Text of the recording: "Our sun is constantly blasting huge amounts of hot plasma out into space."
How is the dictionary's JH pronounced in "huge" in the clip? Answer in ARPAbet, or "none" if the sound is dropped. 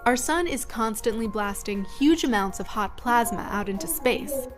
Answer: JH